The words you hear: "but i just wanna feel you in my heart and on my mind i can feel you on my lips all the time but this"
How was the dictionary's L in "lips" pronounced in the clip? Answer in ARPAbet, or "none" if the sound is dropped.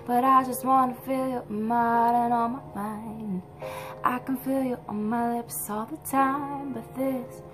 L